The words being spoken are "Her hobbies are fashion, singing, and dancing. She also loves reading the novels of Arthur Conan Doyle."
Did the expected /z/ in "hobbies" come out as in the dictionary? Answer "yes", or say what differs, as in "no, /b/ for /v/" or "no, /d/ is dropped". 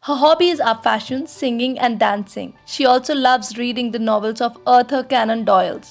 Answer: yes